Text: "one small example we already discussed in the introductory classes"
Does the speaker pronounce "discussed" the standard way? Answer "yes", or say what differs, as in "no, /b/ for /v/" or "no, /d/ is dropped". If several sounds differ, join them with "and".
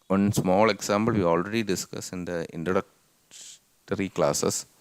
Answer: no, /t/ is dropped